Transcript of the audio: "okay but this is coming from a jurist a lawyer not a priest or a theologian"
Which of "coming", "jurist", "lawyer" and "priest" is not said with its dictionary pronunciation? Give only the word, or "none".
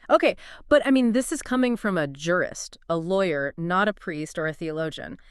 none